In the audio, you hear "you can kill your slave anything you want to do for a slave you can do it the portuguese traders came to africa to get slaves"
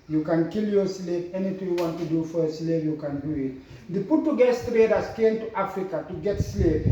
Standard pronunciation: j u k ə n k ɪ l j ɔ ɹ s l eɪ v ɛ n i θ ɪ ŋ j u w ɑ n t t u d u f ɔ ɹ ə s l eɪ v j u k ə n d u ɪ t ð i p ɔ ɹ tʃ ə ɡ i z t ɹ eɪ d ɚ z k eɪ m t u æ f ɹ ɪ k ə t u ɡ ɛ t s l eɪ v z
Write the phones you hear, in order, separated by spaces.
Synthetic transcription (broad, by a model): j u k ə n k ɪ l j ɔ s l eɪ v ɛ n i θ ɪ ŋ j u w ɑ n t t u d u f ɔ ɹ ə s l eɪ v j u k ə n d u ɪ t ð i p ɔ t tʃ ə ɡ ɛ s t ɹ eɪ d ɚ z k eɪ m t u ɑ f ɹ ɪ k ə t u ɡ ɛ t s l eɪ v